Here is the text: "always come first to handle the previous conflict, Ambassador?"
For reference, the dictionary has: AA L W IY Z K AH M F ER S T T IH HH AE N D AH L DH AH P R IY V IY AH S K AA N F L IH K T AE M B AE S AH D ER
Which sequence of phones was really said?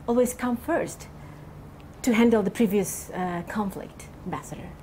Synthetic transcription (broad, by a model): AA L W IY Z K AH M F ER S T T IH HH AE N D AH L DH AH P R IY V IY AH S K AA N F L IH K T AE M B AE S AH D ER